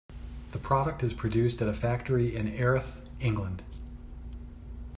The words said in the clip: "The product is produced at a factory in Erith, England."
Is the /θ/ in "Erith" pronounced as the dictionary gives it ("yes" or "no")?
yes